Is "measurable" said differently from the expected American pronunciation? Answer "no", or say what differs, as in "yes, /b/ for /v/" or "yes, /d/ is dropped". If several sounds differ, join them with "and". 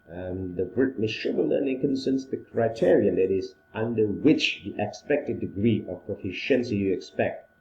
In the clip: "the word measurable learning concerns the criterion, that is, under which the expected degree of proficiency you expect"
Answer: yes, /s/ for /ʒ/